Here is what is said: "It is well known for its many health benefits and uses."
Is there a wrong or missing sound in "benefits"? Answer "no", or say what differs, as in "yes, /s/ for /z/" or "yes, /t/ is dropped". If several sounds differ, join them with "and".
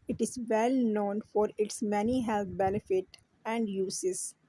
yes, /s/ is dropped